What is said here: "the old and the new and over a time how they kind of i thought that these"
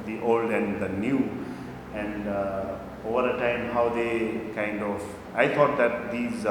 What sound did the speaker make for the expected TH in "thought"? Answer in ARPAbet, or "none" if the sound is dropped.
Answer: T